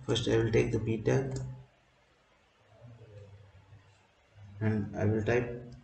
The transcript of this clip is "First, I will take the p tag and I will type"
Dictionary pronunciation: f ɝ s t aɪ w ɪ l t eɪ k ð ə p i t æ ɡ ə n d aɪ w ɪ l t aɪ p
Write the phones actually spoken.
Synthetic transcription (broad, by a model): f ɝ s t aɪ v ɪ l t eɪ k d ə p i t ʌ ə n d aɪ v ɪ l t aɪ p